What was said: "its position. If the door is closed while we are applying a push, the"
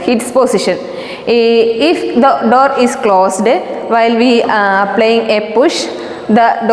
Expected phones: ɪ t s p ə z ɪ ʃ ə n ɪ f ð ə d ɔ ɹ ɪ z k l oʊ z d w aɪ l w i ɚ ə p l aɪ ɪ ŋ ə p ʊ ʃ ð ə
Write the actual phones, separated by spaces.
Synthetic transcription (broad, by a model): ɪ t s p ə s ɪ ʃ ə n ɪ f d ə d ɔ ɹ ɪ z k l oʊ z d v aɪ l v i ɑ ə p l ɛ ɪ ŋ ə p ʊ ʃ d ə